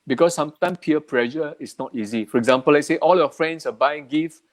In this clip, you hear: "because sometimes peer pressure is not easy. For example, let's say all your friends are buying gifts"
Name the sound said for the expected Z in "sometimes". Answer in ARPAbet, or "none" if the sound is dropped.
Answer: none